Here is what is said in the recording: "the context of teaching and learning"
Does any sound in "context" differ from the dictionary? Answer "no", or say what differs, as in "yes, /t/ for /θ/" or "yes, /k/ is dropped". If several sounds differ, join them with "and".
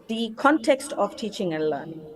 no